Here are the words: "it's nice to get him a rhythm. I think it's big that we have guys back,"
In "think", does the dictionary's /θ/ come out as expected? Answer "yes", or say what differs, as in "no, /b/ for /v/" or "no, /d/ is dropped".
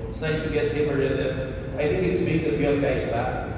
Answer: yes